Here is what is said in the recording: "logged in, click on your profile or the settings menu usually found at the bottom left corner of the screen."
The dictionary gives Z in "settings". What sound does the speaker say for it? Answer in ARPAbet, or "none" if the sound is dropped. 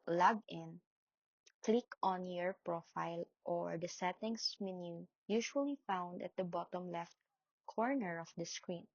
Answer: S